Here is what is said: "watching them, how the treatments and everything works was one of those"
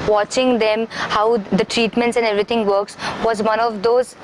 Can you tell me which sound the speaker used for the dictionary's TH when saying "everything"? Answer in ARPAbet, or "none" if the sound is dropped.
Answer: T